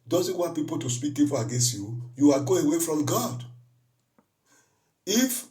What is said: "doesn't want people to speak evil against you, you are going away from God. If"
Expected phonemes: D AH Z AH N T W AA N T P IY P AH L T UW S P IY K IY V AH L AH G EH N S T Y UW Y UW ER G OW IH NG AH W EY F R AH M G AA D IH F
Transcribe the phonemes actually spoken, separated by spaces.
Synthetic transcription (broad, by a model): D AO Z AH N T W AA N T P IY P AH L T UW S P IY K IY P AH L AH G EH N S T Y UW Y UW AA G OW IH W EY F R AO M G AA D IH F